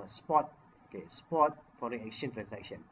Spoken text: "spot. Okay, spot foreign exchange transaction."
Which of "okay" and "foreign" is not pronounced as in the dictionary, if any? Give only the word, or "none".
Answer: foreign